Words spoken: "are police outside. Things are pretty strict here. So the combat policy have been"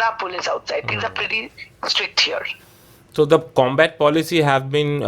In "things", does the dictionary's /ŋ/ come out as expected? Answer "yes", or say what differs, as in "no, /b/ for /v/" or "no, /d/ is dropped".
no, /ŋ/ is dropped